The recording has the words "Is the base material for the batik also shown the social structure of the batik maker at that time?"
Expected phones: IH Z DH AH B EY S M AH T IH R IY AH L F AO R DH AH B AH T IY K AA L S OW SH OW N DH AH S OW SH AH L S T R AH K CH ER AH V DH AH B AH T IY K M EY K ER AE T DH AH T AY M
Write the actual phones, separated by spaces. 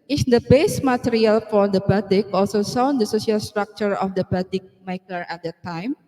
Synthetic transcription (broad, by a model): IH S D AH B EY S M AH T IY R IY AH L F AO R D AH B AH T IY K AA L S OW S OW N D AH S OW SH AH L S T R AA K CH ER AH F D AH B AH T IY K M EY K ER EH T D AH T AY M